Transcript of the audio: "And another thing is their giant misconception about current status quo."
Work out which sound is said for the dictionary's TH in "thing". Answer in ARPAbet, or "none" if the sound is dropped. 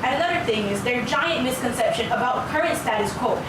TH